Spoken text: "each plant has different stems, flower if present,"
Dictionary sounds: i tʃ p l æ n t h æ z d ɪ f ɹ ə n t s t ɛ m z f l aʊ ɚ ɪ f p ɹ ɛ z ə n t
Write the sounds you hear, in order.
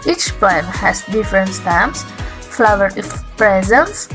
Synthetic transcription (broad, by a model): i tʃ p æ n h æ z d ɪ f ɹ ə n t s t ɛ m s f l aʊ ɚ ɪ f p ɹ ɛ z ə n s